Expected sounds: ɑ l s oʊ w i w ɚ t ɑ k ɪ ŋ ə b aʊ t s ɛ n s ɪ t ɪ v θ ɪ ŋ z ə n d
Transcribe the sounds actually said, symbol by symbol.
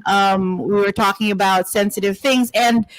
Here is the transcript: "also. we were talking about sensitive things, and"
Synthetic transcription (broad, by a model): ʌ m w i w ɚ t ɑ k ɪ ŋ ə b aʊ t s ɛ n s ɪ t ɪ v θ ɪ ŋ z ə n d